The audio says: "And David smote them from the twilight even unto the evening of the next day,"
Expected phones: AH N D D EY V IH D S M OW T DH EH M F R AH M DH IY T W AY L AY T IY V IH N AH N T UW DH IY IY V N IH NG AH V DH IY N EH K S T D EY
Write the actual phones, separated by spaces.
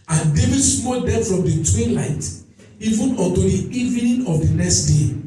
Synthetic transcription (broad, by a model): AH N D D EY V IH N S M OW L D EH F R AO M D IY T W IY L AY T IY V IH N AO T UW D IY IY V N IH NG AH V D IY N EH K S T D EY